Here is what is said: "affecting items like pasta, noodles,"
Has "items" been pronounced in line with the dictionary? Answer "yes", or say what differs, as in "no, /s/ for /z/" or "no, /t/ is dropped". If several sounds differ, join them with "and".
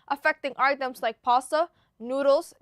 no, /s/ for /z/